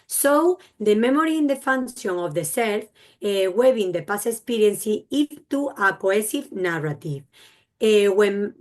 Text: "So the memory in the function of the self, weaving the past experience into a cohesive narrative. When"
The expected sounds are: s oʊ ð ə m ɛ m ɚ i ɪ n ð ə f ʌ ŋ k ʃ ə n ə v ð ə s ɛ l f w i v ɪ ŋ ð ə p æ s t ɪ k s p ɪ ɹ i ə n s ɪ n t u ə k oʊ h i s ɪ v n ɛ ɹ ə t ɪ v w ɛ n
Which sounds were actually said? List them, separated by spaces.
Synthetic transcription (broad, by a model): s oʊ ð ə m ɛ m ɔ i ɪ n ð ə f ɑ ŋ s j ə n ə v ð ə s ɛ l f w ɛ b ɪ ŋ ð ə p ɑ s ɪ k s p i ɹ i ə n s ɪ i t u ə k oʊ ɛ s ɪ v n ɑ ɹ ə t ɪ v w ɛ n